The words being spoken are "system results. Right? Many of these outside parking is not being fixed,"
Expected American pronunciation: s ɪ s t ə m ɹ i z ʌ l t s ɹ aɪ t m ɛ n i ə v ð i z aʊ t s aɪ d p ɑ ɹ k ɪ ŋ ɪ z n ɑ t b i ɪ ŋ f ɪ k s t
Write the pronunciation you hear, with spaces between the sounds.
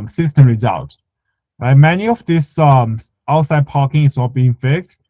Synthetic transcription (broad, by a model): s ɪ s t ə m ɹ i z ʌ l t ɹ aɪ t m ɛ n i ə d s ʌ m aʊ t s aɪ d p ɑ k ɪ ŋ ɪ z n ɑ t b i ɪ ŋ f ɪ k s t